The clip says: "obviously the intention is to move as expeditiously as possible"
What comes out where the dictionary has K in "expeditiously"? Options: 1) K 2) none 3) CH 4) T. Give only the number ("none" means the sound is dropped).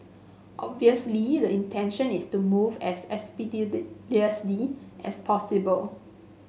2